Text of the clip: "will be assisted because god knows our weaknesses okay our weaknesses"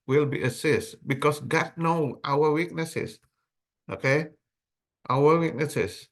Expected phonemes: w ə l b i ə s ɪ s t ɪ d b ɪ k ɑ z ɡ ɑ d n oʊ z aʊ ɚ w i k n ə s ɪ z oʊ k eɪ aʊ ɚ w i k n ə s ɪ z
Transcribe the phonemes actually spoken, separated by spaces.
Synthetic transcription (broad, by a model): w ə l b i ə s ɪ s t b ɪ k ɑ s ɡ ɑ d n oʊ aʊ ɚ w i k n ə s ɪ s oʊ k eɪ aʊ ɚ w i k n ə s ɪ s